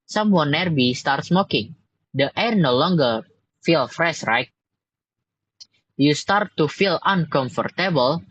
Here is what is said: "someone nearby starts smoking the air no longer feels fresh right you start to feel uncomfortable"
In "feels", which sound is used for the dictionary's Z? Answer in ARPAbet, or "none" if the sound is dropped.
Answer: none